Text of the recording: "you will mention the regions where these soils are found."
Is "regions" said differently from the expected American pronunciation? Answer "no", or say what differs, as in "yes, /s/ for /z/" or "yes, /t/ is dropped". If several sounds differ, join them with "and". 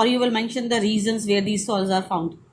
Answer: yes, /z/ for /dʒ/